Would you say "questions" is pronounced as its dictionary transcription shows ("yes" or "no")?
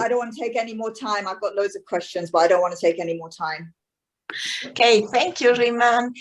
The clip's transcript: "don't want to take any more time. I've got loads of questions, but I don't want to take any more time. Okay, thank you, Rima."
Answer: yes